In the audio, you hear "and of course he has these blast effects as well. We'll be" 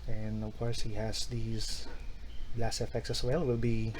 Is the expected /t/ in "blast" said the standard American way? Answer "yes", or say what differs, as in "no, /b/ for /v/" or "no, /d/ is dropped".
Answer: no, /t/ is dropped